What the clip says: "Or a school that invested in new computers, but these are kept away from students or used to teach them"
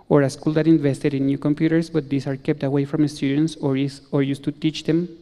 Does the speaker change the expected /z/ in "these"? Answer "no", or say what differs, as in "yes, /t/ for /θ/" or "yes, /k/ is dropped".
yes, /s/ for /z/